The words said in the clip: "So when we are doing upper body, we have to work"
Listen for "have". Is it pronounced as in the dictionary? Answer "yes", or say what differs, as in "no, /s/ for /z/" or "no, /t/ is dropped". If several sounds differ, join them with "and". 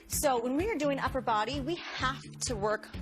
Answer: no, /f/ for /v/